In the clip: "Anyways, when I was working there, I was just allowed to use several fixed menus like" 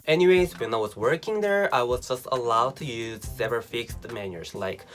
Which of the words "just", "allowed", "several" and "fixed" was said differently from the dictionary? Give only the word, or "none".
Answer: several